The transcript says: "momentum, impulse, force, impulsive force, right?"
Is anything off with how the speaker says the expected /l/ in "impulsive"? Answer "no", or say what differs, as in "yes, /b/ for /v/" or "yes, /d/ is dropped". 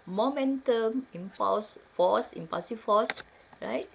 yes, /l/ is dropped